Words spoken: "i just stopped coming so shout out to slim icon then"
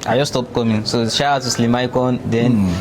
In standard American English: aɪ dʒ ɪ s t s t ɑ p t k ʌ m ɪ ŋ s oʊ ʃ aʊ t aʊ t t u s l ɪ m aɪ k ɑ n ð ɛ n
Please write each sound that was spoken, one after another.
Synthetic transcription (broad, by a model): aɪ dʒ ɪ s s t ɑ p k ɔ m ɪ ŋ s oʊ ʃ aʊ aʊ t t u s l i m aɪ k ɑ n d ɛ n